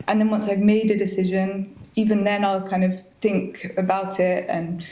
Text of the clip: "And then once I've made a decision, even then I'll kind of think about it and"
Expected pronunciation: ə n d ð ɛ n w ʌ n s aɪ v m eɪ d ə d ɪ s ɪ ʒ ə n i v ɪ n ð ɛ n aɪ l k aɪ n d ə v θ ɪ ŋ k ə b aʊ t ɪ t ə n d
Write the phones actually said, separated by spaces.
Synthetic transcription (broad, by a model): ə n ð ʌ n w ʌ n s aɪ v m eɪ d ə d ɪ s ɪ ʒ ə n i v ɪ n ð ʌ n aɪ l k aɪ n d ə v θ ɪ ŋ k ə b aʊ t ɪ t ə n